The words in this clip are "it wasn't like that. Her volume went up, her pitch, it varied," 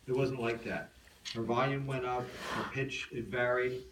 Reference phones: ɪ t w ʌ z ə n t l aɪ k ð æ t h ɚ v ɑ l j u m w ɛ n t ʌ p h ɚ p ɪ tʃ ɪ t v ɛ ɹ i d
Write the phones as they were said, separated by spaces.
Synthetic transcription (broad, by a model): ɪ t w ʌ z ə n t l aɪ k ð æ t h ɚ v ɑ l j u m w ɛ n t ʌ p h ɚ p ɪ tʃ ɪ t v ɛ ɹ i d